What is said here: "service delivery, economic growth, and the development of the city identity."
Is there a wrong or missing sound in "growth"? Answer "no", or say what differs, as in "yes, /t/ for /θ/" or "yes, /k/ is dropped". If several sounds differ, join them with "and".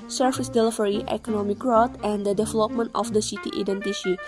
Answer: yes, /t/ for /θ/